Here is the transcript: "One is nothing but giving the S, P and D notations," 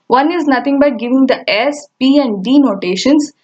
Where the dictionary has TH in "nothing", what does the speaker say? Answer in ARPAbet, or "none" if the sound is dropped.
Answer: T